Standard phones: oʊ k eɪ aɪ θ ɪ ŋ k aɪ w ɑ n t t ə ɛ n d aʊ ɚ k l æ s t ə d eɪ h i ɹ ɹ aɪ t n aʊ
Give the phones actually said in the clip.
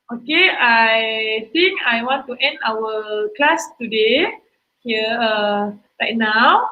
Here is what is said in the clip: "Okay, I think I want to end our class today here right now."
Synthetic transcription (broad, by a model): oʊ k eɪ aɪ t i ŋ k aɪ w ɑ n t t ɛ n d aʊ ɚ k l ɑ s t ə d eɪ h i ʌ ɹ aɪ t n aʊ